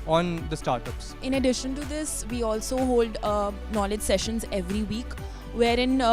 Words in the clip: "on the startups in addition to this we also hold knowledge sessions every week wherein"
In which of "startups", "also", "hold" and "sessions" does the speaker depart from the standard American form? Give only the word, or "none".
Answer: none